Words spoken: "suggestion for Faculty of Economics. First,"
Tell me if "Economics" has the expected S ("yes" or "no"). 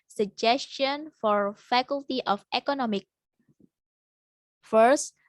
no